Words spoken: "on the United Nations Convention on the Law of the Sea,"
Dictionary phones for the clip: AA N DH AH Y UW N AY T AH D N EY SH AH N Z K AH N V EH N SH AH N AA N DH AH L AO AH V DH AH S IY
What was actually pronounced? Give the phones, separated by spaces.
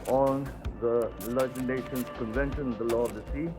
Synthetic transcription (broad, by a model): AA N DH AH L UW IH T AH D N EY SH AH N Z K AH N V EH N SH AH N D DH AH L AO AH V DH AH S IY